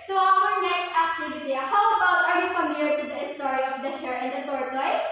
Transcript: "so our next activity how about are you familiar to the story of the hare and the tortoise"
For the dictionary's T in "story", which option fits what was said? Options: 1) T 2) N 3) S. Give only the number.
1